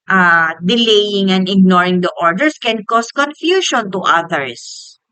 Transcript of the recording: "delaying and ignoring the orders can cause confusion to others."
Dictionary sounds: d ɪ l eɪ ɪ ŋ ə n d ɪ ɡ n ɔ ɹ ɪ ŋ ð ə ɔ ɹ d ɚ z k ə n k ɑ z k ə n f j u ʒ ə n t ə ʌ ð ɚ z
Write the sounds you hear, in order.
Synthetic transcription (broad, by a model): d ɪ l eɪ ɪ ŋ ə n d ɪ ɡ n ɔ ɹ ɪ ŋ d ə ɔ ɹ d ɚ s k ə n k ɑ s k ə n f j u ʃ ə n t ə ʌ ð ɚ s